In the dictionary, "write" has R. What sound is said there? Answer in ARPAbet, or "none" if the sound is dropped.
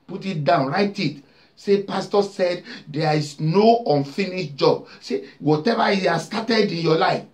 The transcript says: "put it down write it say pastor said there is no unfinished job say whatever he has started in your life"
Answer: R